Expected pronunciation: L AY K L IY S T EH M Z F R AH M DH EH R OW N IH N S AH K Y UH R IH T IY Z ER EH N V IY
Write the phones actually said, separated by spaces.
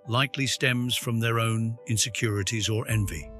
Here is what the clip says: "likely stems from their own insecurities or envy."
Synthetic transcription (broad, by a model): L AY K L IY S T EH M Z F R AH M DH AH R OW N IH N S AH K Y UH R IH T IY Z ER EH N V IY